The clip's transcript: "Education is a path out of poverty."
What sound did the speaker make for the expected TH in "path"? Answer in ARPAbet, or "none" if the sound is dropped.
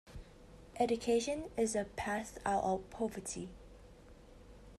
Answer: S